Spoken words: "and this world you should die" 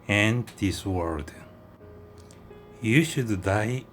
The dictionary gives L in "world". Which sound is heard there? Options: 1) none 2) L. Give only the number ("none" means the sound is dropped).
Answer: 1